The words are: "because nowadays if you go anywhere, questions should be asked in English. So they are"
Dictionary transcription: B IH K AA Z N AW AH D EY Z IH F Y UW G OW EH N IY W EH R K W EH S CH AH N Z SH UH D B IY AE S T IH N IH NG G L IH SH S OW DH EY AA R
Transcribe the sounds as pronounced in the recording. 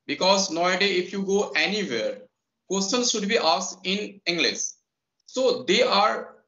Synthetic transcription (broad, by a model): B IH K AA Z N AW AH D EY IH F Y UW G OW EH N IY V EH R K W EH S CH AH N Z SH UH D B IY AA S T IH N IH NG G L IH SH S OW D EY AA R